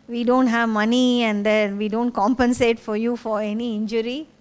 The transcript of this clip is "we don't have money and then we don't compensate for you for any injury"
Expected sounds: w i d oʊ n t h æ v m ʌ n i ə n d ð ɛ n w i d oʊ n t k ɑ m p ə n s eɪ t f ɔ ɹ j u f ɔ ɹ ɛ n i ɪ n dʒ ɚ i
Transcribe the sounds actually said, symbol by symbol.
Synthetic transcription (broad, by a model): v i d oʊ n t h æ v m ʌ n i ə n d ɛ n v i d oʊ n t k ɑ m p ə n s eɪ t f ɔ ɹ j u f ɔ ɹ ɛ n i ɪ n dʒ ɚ i